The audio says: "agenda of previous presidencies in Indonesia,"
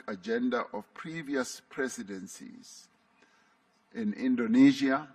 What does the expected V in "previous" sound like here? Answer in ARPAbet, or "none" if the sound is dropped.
V